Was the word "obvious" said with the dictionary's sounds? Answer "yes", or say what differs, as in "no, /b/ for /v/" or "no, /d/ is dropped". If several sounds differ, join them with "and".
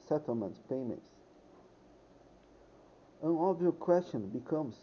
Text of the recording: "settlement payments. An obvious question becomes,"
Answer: no, /s/ is dropped